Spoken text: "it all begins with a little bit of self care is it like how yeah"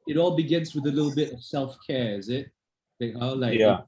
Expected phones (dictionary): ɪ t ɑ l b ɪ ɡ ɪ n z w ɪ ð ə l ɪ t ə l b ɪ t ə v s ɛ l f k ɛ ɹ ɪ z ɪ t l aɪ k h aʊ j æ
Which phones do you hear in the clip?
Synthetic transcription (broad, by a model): ɪ t ɑ l b ɪ ɡ ɪ n z w ɪ ð ə l ɪ t l b ɪ t ə v s ɛ l f k ɛ ɹ ɪ z ɪ t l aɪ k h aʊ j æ